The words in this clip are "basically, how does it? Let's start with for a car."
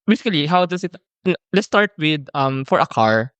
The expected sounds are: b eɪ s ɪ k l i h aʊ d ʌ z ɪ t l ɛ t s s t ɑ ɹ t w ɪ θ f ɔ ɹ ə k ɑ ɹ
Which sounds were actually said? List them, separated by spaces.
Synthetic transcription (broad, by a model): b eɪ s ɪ k l i h aʊ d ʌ s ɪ t l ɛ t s s t ɑ ɹ t w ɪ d f ɔ ɹ ə k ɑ ɹ